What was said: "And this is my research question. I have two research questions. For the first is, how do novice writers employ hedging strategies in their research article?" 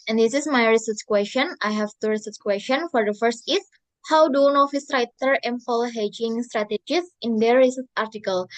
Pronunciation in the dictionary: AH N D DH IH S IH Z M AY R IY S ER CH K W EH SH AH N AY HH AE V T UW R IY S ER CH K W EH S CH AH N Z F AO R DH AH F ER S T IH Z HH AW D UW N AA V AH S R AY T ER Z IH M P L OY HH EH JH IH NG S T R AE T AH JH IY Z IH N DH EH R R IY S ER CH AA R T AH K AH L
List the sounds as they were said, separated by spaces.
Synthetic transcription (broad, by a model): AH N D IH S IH S M AY R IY S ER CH K W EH S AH N AY HH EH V T UW R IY S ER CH K W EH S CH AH N F AO R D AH F ER S T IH S HH AW D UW N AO F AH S R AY T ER IH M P L HH EH JH IH NG S T R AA T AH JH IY S IH N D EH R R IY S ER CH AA R T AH K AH L